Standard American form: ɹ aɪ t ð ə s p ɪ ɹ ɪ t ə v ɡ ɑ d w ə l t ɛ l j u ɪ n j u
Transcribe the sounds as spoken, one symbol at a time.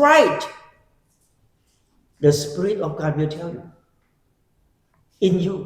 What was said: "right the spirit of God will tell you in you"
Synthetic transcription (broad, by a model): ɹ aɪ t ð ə s p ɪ ɹ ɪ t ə f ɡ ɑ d w ə l t ɛ l j u ɪ n j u